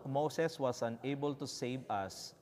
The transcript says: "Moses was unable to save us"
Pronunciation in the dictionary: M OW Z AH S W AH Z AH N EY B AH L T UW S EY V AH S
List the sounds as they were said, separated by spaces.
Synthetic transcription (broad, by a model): M OW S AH S W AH S AH N EY B AH L T UW S EY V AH S